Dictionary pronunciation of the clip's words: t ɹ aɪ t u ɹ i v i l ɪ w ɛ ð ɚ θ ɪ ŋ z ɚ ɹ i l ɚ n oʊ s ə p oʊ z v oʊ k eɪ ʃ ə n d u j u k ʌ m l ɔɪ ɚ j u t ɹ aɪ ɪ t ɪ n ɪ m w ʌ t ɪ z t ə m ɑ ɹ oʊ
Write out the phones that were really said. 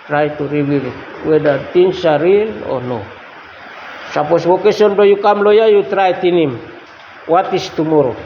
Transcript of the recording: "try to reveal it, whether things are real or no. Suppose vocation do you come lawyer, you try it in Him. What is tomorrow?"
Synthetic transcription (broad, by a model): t ɹ aɪ t u ɹ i w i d ɪ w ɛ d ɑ t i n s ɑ ɹ i l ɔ n oʊ s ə p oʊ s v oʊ k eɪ s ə n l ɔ j u k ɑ m l ɔɪ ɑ j u t ɹ aɪ t ɪ n ɪ m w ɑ t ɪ s t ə m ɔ ɹ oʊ